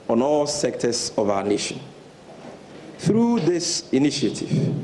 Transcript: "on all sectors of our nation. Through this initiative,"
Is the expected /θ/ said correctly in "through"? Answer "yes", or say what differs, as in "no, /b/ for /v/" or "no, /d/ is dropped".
yes